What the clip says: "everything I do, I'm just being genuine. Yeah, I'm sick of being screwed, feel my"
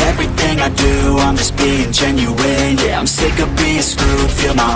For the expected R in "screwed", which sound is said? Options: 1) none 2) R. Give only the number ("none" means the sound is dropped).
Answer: 1